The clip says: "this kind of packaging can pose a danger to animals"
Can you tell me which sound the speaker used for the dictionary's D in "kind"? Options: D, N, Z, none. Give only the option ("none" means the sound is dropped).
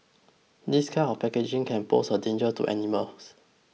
none